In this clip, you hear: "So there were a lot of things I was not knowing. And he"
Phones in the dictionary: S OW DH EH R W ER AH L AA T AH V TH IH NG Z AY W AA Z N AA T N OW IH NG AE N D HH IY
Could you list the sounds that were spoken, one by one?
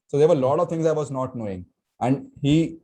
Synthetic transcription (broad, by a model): S OW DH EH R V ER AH L AA T AH V T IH NG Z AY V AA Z N AA T N OW IH NG AE N D HH IY